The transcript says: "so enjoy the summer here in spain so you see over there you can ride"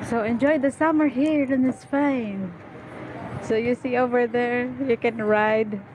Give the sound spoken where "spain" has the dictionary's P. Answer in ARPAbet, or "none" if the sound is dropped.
F